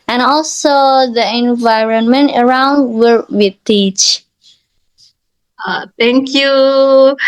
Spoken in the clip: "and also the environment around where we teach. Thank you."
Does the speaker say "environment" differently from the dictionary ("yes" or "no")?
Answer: no